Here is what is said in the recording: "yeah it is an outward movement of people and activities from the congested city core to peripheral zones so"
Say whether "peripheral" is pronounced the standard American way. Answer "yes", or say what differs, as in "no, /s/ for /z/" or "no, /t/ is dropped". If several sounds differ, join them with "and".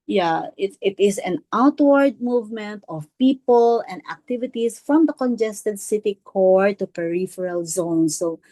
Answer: yes